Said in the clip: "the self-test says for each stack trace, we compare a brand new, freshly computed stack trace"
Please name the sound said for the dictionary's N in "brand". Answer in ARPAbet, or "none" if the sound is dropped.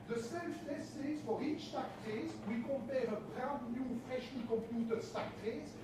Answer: none